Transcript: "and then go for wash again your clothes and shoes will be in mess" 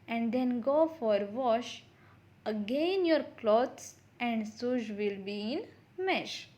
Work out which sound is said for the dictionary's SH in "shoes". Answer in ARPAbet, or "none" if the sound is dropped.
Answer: S